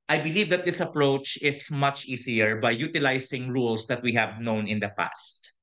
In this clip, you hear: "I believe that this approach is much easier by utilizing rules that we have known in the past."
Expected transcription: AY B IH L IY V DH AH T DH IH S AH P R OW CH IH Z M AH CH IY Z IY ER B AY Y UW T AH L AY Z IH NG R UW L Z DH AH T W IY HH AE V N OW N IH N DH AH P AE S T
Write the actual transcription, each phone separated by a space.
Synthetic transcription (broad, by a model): AY B IH L IY V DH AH T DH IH S AH P R OW CH IH S M AH CH IY S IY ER B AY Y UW T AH L AY S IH NG R UW L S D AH T W IY HH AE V N OW N IH N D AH P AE S T